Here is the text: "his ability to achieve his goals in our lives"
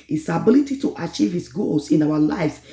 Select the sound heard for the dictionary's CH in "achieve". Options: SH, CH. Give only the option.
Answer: CH